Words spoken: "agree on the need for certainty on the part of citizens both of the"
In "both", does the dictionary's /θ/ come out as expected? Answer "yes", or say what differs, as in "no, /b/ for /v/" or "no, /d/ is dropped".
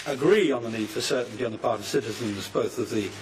yes